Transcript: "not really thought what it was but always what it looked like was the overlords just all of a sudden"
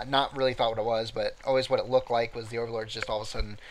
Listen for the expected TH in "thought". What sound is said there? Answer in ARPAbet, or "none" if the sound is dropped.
TH